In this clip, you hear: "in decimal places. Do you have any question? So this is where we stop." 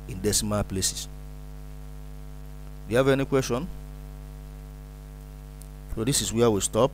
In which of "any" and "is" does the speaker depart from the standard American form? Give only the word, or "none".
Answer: is